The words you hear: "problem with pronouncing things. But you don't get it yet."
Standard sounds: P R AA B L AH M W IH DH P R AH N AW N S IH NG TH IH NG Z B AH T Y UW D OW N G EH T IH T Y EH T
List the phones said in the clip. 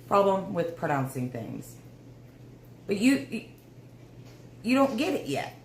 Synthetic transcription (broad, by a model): P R AA B L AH M W IH DH P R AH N AW N S IH NG TH IH NG Z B AH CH Y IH D OW N G EH T IH T Y EH T